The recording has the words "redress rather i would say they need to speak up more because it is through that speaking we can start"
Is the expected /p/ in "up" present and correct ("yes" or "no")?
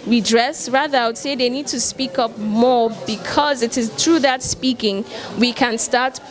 yes